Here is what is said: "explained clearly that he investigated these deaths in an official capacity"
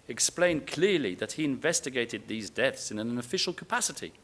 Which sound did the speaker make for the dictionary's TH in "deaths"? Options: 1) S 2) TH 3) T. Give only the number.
2